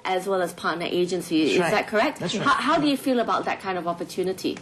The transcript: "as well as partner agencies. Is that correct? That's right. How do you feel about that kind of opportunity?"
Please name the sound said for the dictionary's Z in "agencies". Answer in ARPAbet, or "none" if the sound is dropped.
none